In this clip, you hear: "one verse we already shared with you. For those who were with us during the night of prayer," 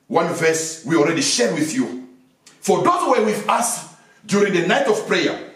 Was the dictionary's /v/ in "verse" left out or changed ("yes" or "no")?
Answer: no